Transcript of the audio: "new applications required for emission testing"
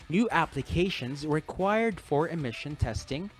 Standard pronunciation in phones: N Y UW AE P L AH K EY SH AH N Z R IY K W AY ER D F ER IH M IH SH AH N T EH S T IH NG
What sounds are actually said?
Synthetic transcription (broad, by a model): N Y UW AE P L AH K EY SH AH N Z R IY K W AY ER D F ER IH M IH SH AH N T EH S T IH NG